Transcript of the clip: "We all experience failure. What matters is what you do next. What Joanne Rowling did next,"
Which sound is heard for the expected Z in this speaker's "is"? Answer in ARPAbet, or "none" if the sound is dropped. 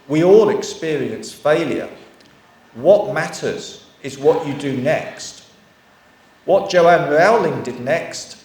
Z